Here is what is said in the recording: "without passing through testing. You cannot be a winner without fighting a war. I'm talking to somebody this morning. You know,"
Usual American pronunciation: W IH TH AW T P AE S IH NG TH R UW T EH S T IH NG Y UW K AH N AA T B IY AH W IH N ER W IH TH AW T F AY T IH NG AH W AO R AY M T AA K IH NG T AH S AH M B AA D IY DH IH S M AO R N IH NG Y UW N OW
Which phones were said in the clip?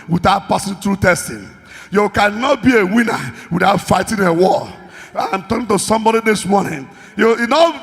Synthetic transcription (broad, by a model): W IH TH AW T P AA S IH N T R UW T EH S T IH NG Y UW K AH N AA T B IY AH W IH N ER W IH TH AW T F AY T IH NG AH W AO L AY M T AA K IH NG T AH S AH M B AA D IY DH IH S M AO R N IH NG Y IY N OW